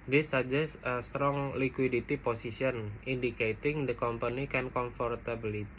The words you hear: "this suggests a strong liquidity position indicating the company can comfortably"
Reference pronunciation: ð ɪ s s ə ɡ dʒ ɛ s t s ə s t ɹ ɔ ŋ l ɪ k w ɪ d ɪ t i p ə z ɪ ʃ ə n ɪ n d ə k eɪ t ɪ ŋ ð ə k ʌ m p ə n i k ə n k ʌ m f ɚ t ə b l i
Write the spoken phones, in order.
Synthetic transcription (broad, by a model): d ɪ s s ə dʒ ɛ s s ə s t ɹ ɔ ŋ l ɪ k w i d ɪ t i p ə s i s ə n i n d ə k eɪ t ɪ ŋ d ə k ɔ m p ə n i k ə n k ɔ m f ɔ t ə b l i